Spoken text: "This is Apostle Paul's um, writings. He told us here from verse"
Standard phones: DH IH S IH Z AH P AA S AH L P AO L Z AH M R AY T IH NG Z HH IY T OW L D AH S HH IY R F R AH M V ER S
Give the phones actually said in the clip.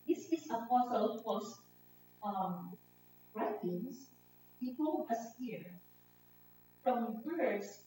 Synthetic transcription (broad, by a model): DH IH S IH S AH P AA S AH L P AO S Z AH M R AY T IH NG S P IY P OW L AH S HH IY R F R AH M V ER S